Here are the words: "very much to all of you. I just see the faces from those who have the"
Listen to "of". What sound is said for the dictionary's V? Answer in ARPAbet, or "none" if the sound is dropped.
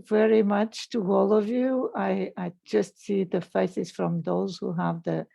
V